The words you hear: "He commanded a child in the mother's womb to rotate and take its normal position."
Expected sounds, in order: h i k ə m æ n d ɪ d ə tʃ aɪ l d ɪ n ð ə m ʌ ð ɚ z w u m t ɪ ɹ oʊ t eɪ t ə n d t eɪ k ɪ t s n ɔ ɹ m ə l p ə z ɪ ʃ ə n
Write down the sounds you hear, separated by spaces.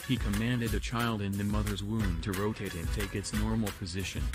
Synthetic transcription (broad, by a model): h i k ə m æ n d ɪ d ə tʃ aɪ l d ɪ n ð ə m ʌ ð ɚ z w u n t ɪ ɹ oʊ t eɪ t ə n t eɪ k ɪ t s n ɔ ɹ m l p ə z ɪ ʃ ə n